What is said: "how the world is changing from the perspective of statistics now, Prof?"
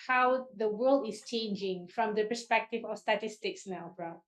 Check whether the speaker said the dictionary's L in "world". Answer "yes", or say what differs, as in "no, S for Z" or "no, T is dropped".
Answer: yes